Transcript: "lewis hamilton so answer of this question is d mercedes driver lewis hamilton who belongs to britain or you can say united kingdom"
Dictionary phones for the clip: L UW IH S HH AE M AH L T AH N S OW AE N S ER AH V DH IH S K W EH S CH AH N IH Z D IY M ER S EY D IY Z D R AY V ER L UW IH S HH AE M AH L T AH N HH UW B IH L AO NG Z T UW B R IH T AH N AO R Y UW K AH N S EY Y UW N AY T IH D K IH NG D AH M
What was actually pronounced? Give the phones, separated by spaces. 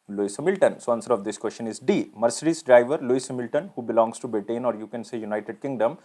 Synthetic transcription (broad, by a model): L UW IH S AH M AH L T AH N S OW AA N S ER AH V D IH S K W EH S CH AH N IH Z D IY M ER S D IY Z D R AY V ER L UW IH S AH M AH L T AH N HH UW B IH L AO NG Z T UW B EH T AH N AO R Y UW K AH N S EY Y UW N AY T IH D K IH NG D AH M